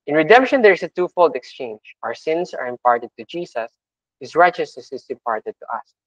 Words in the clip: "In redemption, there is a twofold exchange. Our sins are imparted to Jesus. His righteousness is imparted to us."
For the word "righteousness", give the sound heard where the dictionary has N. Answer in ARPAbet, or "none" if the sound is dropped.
none